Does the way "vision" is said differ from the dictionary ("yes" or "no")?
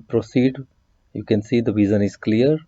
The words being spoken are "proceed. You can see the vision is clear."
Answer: yes